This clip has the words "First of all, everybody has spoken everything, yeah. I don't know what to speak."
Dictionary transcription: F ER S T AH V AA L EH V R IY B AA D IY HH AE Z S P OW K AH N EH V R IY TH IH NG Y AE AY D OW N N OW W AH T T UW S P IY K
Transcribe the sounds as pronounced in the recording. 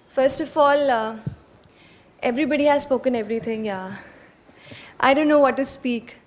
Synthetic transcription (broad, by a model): F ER S T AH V AA L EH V R IY B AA D IY HH AE Z S P OW K AH N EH V R IY T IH NG Y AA AY D OW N N OW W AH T T UW S P IY K